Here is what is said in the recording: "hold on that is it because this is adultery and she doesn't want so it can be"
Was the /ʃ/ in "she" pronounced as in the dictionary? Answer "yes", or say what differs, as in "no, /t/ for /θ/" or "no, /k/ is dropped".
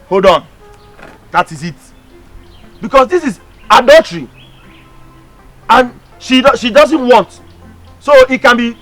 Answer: yes